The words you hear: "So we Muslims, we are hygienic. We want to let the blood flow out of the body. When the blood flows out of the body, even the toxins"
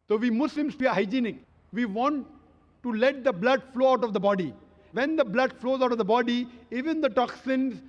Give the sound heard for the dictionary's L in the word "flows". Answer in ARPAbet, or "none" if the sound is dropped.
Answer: L